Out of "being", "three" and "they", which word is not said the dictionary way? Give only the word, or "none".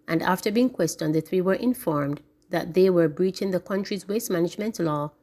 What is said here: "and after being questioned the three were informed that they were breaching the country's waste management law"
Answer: none